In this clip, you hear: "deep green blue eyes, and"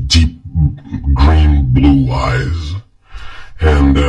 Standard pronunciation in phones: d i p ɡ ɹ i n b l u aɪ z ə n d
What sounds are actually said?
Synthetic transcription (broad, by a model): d i p ɡ ɹ i n b l u aɪ z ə n